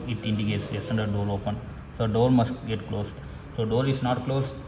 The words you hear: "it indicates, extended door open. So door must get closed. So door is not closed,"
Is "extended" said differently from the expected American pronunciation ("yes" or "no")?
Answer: yes